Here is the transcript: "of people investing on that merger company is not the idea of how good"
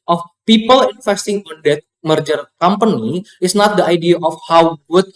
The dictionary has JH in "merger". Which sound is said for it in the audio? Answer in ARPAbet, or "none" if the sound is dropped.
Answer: JH